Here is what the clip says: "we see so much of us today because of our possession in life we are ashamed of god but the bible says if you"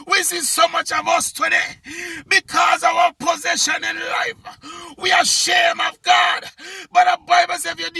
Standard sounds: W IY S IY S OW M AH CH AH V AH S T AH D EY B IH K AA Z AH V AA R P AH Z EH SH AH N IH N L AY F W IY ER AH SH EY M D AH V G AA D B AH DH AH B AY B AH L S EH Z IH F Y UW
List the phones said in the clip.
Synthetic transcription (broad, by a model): W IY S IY S OW M AH CH AH V AH S T AH D EY B IH K AA Z AH V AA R P AH Z EH SH AH N IH N L AY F W IY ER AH SH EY M AH V G AA D B AH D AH B AY B AH L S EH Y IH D